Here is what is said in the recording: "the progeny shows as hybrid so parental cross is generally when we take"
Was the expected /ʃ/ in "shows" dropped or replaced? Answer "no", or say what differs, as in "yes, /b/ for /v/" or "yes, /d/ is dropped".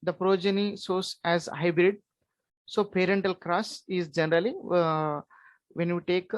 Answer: yes, /s/ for /ʃ/